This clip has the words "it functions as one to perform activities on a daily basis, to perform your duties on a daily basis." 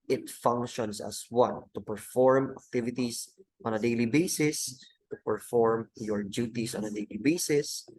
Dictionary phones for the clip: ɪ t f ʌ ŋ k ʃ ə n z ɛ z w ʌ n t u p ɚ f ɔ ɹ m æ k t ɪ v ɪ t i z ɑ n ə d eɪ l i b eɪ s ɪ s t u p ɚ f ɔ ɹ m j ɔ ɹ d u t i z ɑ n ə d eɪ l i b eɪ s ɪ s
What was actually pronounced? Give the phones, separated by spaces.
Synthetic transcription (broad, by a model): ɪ t f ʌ ŋ k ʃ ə n s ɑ s w ʌ n t u p ɚ f ɔ ɹ m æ k t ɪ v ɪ t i s ɑ n ə d eɪ l i b eɪ s ɪ s t u p ɚ f ɔ ɹ m j ɔ ɹ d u t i s ɑ n ə d eɪ l i b eɪ s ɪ s